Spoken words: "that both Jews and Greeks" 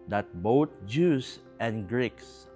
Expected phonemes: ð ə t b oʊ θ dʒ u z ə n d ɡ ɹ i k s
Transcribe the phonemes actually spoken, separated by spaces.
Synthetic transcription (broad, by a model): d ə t b oʊ t dʒ u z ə n ɡ ɹ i k s